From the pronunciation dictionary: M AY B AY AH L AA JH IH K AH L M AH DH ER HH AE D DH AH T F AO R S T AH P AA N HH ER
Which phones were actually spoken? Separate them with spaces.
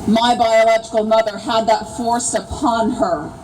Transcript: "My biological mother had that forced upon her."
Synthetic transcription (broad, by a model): M AY B AY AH L AA JH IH K L M AH DH ER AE D DH AH T F AO R S AH P AA N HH ER